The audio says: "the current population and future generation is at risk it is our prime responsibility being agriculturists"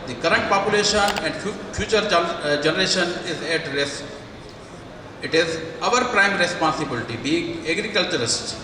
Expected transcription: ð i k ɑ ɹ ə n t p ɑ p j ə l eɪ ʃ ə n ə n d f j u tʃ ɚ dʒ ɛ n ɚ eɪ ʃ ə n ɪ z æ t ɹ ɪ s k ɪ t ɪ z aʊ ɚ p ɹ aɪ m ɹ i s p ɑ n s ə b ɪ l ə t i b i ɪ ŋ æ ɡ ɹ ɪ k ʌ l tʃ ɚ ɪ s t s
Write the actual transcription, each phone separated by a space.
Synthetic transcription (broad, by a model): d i k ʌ ɹ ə n t p ɑ p j ə l eɪ ʃ ə n ə n d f j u tʃ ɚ dʒ ɛ n ɚ eɪ ʃ ə n ɪ z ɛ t ɹ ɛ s ɪ t ɪ z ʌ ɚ p ɹ aɪ m ɹ i s p ɑ n s ə b ɪ l ə t i b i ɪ ŋ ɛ ɡ ɹ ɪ k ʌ l tʃ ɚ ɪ s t